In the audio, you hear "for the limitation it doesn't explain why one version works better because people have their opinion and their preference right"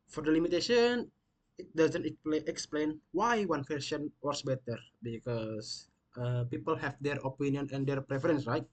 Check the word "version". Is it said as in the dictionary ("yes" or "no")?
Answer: no